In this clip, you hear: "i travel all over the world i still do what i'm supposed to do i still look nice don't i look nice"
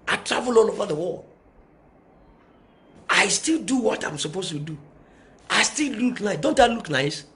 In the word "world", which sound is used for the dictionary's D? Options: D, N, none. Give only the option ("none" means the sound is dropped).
none